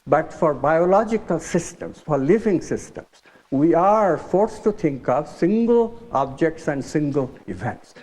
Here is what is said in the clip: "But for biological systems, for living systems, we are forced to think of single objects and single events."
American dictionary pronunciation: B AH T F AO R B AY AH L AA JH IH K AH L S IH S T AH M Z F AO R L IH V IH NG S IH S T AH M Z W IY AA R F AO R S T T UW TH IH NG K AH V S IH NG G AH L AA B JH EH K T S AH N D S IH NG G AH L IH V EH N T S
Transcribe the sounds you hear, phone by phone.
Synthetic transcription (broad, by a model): B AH T F AO R B AY AH L AA JH IH K AH L S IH S T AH M S F AO R L IH V IH NG S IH S T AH M S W IY AA R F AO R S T T UW T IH NG K AH V S IH NG G AH L AA B JH EH K T S AH N D S IH NG G AH L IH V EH N T S